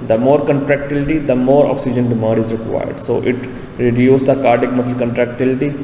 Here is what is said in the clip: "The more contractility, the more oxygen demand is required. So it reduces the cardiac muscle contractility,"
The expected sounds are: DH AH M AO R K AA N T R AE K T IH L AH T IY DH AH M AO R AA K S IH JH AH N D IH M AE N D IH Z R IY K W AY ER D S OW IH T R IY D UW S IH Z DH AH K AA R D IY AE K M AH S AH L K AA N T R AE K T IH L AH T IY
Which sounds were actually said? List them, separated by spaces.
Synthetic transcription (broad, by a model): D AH M AO R K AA N T R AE K T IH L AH T IY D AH M AO R AA K S IH JH AH N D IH M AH D IH Z R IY K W AY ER D S OW IH T R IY D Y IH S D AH K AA R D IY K M AH S AH L K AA N T R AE K T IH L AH T IY